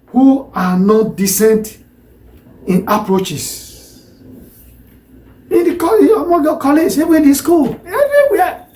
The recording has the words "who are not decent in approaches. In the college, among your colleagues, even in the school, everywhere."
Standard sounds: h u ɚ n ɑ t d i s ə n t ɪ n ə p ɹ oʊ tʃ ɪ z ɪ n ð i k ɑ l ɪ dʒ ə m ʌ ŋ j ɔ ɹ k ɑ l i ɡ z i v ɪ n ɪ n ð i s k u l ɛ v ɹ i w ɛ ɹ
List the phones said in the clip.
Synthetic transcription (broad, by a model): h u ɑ n ɑ t d i s ə n t ɪ n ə p ɹ oʊ tʃ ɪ s ɪ n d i k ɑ ɪ ə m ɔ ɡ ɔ k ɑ l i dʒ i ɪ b ɪ n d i s k u l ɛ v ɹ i w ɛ